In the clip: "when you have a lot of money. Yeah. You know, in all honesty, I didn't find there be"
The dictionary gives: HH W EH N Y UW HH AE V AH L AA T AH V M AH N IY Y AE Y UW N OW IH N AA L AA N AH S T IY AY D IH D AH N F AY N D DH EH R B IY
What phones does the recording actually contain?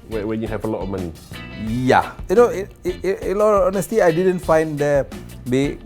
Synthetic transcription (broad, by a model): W W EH N Y UW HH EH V AH L AA T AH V M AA N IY Y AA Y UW N OW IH L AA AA N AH S T IY AY D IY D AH N F AY N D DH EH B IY